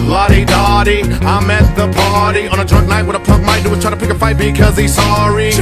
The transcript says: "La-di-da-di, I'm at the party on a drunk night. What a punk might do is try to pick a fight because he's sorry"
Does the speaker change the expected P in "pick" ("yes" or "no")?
no